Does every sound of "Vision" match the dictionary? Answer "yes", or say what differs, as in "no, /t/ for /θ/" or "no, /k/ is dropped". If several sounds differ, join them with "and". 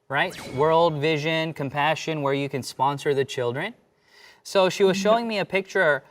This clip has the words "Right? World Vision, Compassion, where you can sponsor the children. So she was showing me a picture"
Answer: yes